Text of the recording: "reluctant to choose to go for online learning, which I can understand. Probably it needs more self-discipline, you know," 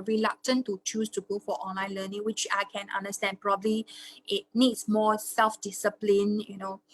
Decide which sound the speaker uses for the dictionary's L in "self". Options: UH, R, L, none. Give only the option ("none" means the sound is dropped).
L